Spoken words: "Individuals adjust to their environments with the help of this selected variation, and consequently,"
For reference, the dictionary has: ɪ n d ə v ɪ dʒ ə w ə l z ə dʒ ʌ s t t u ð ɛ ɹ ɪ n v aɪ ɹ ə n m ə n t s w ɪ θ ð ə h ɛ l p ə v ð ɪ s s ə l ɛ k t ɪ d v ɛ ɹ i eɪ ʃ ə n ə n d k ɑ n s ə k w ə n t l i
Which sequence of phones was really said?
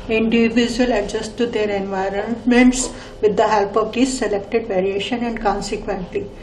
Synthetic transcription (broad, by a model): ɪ n d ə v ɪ dʒ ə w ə l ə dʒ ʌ s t t u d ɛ ɹ ɪ n v aɪ ɹ ə n m ə n t s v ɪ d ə h ɛ l p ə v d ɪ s s ə l ɛ k t ɪ d v ɛ ɹ i eɪ ʃ ə n ə n d k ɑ n s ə k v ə n t l i